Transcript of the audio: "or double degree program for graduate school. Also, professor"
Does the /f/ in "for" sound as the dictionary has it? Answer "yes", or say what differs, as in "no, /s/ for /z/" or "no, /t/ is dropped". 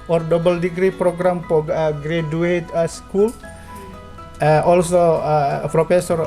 no, /p/ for /f/